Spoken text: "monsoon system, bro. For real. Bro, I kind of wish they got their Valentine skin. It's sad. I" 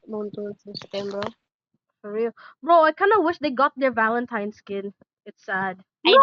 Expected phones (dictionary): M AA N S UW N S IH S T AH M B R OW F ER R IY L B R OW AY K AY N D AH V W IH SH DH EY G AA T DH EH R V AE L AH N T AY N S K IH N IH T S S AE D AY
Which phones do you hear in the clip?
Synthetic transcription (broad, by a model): M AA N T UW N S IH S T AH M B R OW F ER R IY L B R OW AY K AY N D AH W IH SH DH EY G AA T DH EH R V AE L AH N T AY N S K IH N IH T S S AE D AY